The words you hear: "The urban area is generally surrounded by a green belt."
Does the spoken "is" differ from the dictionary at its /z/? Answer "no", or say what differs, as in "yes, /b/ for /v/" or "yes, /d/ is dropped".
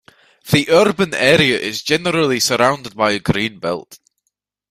no